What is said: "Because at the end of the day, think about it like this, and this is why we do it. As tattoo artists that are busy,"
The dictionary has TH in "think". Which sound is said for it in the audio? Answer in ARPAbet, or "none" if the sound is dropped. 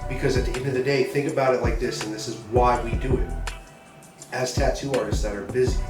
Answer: TH